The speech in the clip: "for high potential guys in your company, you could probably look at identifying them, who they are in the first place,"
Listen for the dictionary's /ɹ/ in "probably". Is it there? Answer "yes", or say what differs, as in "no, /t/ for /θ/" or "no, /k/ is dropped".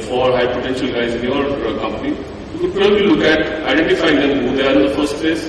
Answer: no, /ɹ/ is dropped